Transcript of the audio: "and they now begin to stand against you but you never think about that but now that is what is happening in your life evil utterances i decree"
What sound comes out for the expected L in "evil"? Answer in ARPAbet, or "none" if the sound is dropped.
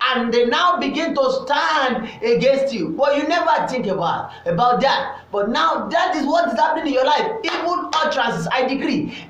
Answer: N